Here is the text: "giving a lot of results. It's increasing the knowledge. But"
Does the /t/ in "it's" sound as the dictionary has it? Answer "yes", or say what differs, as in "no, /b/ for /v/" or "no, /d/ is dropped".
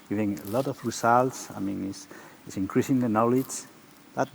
no, /s/ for /t/